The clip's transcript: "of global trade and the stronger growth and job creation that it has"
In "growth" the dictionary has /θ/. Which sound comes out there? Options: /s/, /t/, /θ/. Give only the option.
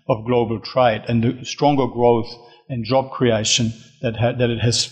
/θ/